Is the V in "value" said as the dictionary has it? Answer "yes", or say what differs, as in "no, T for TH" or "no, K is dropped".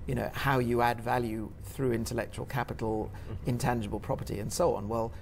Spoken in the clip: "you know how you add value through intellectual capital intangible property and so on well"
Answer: yes